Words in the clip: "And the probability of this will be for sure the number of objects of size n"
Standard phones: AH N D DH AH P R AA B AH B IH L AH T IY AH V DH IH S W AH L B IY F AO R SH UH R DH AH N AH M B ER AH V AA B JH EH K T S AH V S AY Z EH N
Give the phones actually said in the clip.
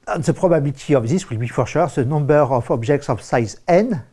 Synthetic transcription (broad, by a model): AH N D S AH P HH AA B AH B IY L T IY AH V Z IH S W AH L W IY F AO R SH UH R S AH N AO B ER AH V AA B ZH EH K T S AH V S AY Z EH N